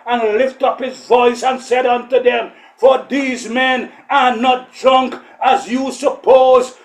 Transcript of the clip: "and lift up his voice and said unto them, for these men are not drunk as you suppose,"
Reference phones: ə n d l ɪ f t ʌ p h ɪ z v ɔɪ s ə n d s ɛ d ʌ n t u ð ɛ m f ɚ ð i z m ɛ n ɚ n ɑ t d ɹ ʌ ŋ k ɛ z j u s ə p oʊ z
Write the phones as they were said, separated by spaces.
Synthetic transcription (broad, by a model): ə n l ɪ f t ʌ p h ɪ z v ɔɪ s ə n s ɛ d ʌ n t u ð ɛ m f ɚ ð i z m ɛ n ɚ n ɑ t d ɹ ʌ ŋ k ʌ z j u s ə p oʊ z